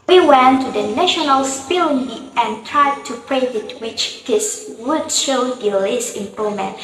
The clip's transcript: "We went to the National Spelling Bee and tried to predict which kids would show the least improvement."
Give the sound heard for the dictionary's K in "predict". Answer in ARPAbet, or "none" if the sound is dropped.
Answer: none